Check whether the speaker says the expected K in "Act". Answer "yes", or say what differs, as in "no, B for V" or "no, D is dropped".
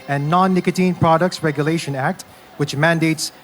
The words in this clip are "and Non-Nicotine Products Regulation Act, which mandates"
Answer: yes